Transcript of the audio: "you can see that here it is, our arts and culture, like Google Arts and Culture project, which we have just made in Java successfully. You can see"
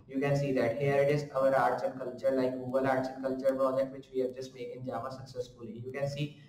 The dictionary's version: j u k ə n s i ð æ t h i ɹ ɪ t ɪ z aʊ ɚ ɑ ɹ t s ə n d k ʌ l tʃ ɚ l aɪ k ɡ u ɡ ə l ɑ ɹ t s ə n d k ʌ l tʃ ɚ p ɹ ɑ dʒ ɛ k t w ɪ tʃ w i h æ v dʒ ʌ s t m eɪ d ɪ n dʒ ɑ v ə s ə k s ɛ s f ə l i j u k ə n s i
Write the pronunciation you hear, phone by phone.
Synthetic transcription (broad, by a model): j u k ə n s i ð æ t h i ɹ ɪ t ɪ z aʊ ɚ ɑ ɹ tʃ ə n k ʌ l tʃ ɚ l aɪ k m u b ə l ɑ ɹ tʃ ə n k ʌ l tʃ ɚ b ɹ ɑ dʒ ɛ t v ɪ tʃ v i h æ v dʒ ʌ s t m eɪ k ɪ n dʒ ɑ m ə s ə k s ɛ s f ə l i j u k ə n s i